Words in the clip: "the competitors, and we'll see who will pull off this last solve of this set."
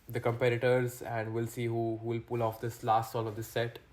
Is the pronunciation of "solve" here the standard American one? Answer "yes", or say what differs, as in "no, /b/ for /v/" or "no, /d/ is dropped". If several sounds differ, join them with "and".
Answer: no, /v/ is dropped